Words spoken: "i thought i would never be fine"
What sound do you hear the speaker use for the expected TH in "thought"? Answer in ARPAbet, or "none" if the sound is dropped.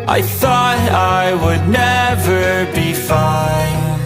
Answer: TH